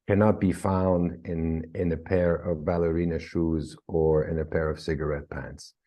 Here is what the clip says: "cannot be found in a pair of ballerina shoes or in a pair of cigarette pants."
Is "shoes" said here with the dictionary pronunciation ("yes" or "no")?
yes